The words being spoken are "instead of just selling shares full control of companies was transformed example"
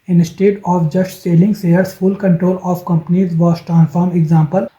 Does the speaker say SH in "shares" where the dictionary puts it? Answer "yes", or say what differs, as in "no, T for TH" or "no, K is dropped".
no, S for SH